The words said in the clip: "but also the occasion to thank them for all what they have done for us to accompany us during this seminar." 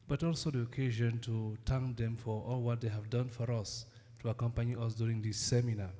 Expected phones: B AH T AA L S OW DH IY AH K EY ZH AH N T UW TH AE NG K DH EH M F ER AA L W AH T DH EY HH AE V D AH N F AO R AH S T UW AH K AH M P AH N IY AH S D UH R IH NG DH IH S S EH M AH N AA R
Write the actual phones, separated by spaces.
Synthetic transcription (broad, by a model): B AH T AA L S OW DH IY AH K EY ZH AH N T UW T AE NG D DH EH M F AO AA L W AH T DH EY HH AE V D AH N F AO R AH S T UW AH K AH M P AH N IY AH S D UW R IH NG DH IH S S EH M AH N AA